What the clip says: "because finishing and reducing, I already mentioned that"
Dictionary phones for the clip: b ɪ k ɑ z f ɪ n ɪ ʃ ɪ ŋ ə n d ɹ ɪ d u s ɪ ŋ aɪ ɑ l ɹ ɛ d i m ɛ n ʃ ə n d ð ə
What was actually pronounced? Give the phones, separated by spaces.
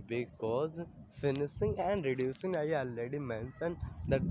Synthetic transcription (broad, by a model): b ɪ k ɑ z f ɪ n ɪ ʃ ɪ ŋ ə n d ɹ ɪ d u s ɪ ŋ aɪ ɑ l ɛ d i m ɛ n s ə n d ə